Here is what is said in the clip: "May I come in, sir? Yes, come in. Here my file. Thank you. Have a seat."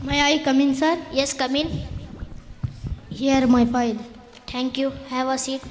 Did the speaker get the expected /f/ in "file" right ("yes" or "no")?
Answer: no